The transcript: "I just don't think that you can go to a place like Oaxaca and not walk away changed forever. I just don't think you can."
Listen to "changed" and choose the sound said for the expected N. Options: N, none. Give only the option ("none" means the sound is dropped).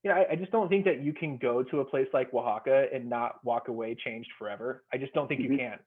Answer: N